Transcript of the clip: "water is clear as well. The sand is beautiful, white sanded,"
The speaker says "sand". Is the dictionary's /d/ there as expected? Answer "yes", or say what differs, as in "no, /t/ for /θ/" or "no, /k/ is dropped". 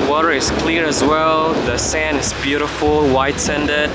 no, /d/ is dropped